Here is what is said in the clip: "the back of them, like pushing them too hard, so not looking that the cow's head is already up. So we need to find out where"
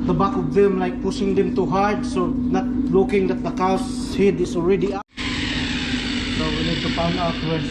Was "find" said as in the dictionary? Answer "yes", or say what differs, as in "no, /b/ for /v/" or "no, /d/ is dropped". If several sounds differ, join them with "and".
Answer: no, /p/ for /f/ and /d/ is dropped